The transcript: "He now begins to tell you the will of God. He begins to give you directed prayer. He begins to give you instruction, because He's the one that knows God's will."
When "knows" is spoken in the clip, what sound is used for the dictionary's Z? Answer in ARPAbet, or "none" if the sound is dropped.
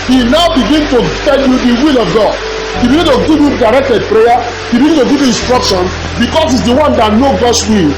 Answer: none